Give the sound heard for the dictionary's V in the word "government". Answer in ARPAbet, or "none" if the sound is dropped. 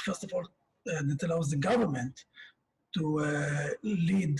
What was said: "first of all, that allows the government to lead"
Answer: V